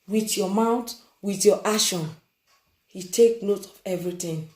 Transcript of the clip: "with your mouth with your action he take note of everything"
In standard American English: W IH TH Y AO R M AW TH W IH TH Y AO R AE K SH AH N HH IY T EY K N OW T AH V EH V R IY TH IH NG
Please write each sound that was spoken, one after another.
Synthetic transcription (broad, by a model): W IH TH Y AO M AW T W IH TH Y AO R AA SH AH N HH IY T EY K N OW T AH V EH V R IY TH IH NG